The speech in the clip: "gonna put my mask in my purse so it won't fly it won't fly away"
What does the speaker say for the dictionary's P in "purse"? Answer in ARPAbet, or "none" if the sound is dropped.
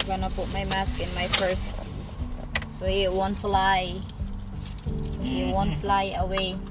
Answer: F